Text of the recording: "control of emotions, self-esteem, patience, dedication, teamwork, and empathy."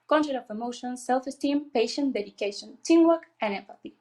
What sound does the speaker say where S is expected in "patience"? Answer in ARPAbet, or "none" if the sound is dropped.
none